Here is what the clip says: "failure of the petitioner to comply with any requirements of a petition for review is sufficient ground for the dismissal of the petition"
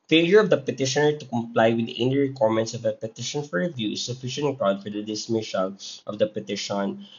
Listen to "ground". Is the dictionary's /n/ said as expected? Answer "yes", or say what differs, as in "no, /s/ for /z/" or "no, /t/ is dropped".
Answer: no, /n/ is dropped